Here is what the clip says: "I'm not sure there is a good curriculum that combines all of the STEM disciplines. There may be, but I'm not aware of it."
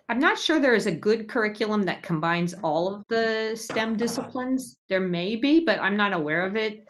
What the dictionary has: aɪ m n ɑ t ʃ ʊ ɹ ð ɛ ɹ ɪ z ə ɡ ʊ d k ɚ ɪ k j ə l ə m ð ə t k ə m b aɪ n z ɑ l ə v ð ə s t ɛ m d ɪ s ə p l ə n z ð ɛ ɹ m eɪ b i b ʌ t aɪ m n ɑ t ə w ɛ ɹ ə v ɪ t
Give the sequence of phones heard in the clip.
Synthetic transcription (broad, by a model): aɪ m n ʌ t ʃ ʊ ɹ ð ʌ ɹ ɪ z ə ɡ ʊ d k ɚ ɪ k j l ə m ð ə t k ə m b aɪ n z ɑ l ə v ð ə s t ɛ m d ɪ s ə p l ə n z ð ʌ ɹ m eɪ b i b ʌ t aɪ m n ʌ t ə w ɛ ɹ ə v ɪ t